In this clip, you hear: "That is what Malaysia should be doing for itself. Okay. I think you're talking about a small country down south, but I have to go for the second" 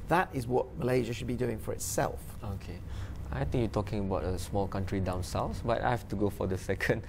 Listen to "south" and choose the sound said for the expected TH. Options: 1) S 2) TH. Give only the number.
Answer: 1